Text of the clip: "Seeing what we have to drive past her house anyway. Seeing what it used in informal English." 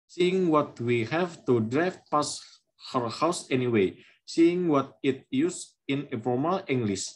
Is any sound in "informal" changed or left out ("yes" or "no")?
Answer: yes